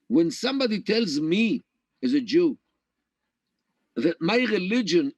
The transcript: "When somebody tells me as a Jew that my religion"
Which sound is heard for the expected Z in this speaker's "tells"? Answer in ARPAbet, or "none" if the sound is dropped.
Z